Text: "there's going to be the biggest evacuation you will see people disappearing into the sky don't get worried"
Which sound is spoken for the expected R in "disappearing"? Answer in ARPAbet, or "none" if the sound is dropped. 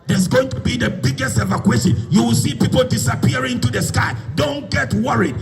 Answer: none